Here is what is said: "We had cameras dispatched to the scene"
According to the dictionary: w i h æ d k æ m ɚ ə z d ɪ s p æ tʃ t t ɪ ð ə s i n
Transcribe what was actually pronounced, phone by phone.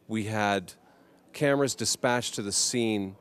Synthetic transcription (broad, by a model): w i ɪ d k æ m ɚ ə z d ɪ s p æ tʃ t t ɪ ð ə s i n